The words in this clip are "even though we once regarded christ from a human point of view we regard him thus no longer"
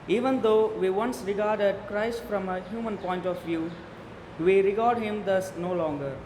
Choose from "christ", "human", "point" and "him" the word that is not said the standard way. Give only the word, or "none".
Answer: none